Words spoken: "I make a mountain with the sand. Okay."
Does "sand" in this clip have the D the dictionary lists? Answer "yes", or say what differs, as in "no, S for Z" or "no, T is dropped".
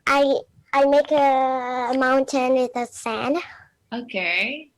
no, D is dropped